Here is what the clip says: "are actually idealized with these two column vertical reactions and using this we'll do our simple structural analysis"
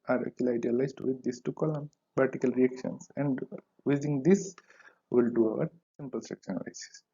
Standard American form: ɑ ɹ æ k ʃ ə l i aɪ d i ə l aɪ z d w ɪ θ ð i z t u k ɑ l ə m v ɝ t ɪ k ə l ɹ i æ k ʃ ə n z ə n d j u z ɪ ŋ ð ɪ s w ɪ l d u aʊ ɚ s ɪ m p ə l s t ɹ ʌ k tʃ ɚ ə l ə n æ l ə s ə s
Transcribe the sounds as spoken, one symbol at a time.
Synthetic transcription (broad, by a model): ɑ ɹ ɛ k ə l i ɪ d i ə l aɪ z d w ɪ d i s t u k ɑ l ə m p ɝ t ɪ k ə l ɹ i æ k ʃ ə n s ə n d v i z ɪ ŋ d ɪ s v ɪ l d u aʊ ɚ s ɪ m p ə l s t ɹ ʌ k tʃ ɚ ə n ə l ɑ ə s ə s